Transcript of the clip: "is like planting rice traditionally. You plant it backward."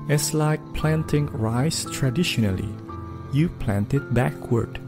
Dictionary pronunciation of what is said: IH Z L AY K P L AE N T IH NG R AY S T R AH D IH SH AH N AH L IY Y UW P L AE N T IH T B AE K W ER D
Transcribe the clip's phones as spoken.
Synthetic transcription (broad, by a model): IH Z L AY K P L AE N T IH NG R AY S T R AH D IH SH AH N AH L IY Y UW P L AE N T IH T B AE K W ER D